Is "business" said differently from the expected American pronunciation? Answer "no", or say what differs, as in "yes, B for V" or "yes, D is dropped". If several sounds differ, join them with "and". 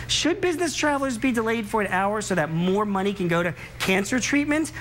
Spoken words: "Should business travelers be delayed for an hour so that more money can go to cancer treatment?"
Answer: no